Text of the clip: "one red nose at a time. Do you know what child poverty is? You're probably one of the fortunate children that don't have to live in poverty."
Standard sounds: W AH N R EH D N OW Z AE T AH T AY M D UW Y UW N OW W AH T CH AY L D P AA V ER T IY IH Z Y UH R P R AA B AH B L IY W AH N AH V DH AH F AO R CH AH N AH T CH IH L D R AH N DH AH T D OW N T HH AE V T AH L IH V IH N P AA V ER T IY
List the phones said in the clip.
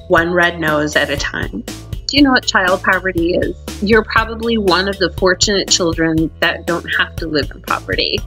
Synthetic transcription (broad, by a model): W AH N R EH D N OW Z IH T AH T AY M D Y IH N OW W AH T CH AY L D P AA V ER T IY IH Z Y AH R P R AA B AH B L IY W AH N AH V DH AH F AO R CH AH N AH T CH IH L D R AH N DH AH T D OW N T HH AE F T AH L IH V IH N P AA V ER T IY